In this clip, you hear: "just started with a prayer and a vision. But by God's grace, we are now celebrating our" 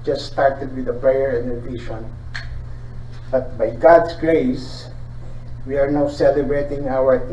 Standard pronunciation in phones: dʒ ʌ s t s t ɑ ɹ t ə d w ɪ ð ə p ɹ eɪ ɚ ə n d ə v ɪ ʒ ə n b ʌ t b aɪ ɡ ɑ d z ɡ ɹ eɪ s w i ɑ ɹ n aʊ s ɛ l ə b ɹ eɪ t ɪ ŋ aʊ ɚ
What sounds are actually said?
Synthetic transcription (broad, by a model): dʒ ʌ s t s t ɑ ɹ t ə d w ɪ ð ə p ɹ eɪ ɚ ə n d ə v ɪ ʃ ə n b ʌ t b aɪ ɡ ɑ d s ɡ ɹ eɪ s w i ɑ ɹ n aʊ s ɛ l ə b ɹ eɪ t ɪ ŋ aʊ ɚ